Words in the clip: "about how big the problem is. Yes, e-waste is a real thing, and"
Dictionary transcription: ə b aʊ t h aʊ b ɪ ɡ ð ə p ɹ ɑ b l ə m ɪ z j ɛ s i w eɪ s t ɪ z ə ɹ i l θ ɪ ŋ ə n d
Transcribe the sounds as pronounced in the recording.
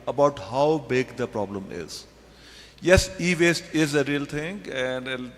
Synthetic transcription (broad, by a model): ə b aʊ t h aʊ b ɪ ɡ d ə p ɹ ɑ b l ə m ɪ z j ɛ s i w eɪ s t ɪ z ə ɹ i l t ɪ ŋ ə n d